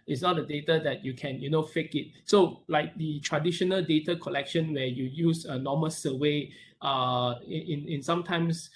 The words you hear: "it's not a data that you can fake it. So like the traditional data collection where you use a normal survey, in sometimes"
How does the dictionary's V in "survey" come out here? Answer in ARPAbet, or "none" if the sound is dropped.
W